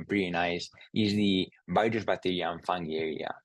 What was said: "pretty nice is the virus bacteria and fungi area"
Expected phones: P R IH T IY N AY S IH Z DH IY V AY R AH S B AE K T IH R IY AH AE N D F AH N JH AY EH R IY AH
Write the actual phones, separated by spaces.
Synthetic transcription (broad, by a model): P R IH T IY N AY S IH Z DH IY B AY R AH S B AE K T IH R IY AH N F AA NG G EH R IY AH